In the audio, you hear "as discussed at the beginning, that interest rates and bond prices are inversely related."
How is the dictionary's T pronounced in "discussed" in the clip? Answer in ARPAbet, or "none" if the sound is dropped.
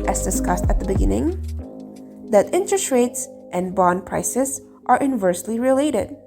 T